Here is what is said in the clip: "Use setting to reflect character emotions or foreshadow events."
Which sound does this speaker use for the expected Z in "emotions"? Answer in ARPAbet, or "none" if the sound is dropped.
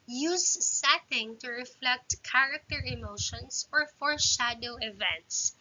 S